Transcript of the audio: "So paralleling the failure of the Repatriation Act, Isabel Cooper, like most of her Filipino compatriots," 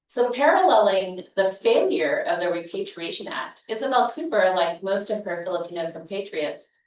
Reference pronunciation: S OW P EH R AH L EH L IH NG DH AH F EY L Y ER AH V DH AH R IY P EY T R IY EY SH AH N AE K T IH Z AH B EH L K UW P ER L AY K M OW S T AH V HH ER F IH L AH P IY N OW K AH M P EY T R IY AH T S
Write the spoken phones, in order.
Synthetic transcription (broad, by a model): S OW P EH R AH L EH L IH NG DH AH F EY L Y ER AH V DH AH R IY P EY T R IY EY SH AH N AE K T IH Z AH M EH L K UW B ER L AY K M OW S T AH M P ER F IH L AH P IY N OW K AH M P EY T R IY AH T S